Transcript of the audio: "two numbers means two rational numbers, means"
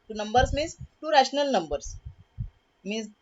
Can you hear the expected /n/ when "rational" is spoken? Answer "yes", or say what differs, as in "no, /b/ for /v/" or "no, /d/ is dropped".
yes